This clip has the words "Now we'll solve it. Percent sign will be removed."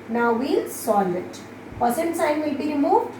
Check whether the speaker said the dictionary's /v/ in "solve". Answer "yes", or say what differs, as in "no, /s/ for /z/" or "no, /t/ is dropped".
no, /v/ is dropped